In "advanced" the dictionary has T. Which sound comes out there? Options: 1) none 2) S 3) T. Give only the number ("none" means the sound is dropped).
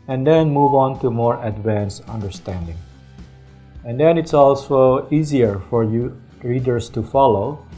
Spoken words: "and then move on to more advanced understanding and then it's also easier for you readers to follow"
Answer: 1